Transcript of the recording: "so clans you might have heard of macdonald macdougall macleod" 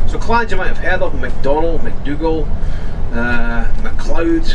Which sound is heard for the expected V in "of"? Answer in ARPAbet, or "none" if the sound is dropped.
P